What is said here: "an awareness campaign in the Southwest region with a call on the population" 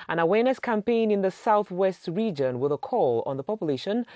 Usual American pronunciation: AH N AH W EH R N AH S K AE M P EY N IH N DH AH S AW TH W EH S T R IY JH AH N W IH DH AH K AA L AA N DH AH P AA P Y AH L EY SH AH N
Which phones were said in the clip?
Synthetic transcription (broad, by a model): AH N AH W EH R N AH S K AE M P EY N IH N DH AH S AW TH W EH S T R IY JH AH N W IH DH AH K AA L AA N DH AH P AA P Y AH L EY SH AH N